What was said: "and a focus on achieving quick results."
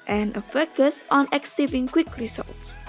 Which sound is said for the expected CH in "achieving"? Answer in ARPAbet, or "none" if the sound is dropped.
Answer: S